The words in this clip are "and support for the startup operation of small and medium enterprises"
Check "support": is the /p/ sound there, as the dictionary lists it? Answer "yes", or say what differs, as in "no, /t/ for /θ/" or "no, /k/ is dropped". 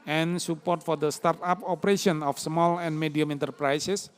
yes